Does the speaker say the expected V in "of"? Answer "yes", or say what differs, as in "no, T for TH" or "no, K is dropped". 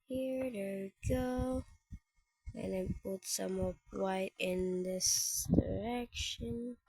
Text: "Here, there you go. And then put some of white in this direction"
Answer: no, P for V